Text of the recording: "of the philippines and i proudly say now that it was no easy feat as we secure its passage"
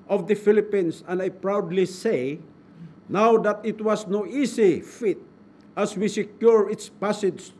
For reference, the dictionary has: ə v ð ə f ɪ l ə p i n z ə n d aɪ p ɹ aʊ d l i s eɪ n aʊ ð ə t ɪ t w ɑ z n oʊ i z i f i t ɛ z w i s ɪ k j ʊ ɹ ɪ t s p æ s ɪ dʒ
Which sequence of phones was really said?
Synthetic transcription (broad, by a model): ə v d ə f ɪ l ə p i n s ə n d aɪ p ɹ aʊ d l i s eɪ n aʊ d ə t ɪ t w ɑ s n oʊ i s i f i t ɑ s w i s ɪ k j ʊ ɹ ɪ t s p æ s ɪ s